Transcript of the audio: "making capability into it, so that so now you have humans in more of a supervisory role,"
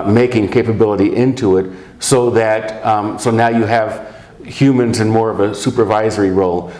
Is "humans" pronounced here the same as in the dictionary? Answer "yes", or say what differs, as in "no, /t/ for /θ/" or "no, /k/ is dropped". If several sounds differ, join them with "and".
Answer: yes